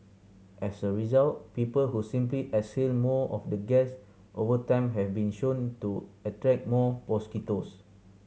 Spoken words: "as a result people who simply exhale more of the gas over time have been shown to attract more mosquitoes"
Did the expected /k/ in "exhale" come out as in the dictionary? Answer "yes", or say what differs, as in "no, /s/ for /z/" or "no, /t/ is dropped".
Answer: no, /k/ is dropped